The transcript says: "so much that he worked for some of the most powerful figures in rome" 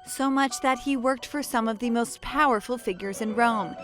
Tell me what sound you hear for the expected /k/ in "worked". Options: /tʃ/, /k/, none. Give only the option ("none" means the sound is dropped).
/k/